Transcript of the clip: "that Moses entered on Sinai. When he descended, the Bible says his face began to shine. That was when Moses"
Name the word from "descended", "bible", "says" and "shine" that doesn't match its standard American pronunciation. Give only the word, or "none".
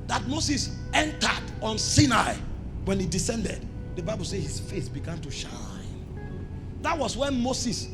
says